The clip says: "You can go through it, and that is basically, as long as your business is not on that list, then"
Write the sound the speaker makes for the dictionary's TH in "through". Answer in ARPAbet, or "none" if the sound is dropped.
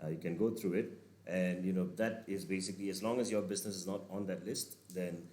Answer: T